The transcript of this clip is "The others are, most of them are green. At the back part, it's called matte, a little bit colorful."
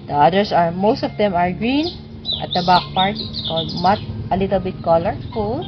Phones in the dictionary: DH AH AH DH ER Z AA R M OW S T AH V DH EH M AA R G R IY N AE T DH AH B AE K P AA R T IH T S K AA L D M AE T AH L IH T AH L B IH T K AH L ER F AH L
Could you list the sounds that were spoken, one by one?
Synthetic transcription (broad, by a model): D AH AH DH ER S AA R M OW S T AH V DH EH M AA R G R IY N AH T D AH B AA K P AA R T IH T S K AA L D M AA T AH L IH T AH L B IH T K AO L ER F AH L